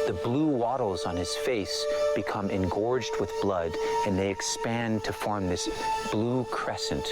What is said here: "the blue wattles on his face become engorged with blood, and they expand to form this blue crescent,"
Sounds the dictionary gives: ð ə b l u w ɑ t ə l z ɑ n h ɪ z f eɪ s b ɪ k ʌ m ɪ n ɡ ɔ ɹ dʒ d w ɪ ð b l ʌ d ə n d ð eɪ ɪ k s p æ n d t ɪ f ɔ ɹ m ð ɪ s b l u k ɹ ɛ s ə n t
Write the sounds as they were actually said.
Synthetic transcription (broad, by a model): ð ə b l u w ɑ t l z n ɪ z f eɪ s b ɪ k ʌ m ɪ n ɡ ɔ ɹ dʒ d w ɪ ð b l ʌ d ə n ð eɪ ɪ k s p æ n t ɪ f ɔ ɹ m ð ɪ s b l u k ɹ ɛ s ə n t